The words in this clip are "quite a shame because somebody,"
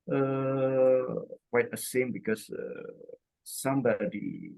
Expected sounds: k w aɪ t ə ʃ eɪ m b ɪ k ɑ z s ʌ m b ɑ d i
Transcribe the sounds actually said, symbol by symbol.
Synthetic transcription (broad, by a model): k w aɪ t ə s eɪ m b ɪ k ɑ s s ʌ m b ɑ d i